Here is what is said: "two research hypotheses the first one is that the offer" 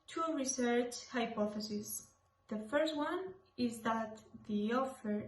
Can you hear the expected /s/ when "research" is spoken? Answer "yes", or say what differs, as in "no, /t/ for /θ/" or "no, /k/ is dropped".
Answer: yes